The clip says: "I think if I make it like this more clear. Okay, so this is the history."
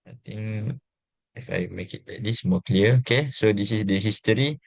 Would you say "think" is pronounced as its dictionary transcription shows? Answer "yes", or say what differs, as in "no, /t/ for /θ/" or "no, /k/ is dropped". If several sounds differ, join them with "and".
no, /t/ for /θ/